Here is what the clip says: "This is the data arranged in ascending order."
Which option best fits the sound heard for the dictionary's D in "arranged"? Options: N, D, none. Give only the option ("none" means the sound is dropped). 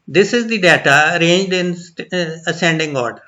D